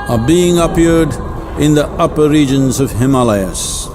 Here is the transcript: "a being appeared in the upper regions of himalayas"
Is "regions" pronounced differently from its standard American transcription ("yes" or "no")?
no